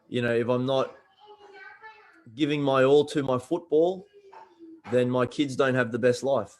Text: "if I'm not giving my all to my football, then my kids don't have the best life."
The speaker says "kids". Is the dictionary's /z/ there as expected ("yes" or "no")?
yes